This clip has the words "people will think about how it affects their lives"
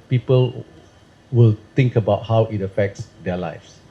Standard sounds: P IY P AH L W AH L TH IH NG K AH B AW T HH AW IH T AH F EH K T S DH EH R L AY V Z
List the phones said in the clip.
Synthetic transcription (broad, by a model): P IY P AH L W AH L T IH NG K AH B AW T HH AW IH T AH F EH K T S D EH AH L AY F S